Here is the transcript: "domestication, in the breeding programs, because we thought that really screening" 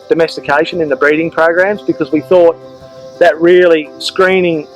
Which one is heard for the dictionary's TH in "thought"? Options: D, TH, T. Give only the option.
TH